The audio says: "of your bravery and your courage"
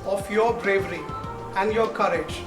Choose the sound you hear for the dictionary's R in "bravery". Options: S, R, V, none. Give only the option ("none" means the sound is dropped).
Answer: R